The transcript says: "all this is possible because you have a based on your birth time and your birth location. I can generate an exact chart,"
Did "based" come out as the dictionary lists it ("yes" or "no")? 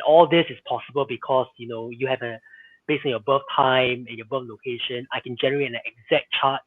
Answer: no